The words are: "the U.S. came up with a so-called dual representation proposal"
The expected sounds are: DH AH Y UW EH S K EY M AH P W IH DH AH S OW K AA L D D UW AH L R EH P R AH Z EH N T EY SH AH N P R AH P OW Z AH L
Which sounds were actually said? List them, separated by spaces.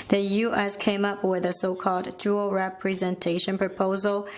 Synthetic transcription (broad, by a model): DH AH Y UW EH S K EY M AH P W IH DH AH S OW K AA L D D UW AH L R EH P R AH Z EH N T EY SH AH N P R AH P OW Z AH L